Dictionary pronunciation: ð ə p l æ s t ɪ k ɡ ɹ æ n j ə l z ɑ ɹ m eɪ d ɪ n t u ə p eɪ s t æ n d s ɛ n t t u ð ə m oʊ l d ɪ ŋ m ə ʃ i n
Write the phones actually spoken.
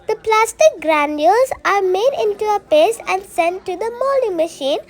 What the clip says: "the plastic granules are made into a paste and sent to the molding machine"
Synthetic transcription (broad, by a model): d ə p l æ s t ɪ k ɡ ɹ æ n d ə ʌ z ɑ ɹ m eɪ d ɪ n t u ə p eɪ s æ n d s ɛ n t t u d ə m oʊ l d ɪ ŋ m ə ʃ i n